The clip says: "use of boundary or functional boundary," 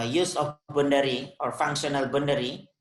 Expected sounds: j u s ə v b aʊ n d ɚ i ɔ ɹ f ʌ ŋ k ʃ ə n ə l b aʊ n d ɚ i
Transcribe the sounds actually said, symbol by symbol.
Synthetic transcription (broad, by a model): j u s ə f b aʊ n d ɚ i ɔ ɹ f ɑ ŋ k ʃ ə n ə l b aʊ n d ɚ i